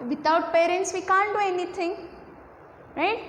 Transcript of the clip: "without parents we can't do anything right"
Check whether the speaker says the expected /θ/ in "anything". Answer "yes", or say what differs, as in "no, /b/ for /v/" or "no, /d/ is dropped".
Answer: no, /t/ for /θ/